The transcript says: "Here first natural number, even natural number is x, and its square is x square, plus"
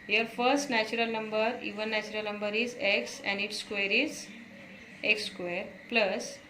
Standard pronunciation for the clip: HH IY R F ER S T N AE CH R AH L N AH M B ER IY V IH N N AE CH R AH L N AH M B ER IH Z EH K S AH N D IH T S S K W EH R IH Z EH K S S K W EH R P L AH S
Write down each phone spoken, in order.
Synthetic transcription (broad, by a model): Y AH R F ER S T N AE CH R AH L N AH M B ER IY V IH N N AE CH R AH L N AH M B ER IH Z EH K S AH N D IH T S S K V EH R IH Z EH K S S K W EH R P L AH S